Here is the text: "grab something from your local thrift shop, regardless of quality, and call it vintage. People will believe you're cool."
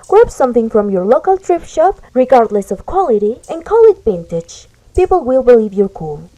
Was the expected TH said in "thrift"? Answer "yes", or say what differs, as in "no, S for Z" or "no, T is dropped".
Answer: no, T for TH